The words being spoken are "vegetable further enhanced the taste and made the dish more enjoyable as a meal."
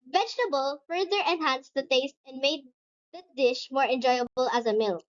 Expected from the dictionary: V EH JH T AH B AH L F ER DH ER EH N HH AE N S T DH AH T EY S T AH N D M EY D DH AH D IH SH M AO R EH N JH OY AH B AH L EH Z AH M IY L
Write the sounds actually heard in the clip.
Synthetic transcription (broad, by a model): V EH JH T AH B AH L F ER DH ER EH N HH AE N S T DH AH T EY S T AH N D M EY D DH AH D IH SH M AO R EH N JH OY AH B AH L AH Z AH M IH L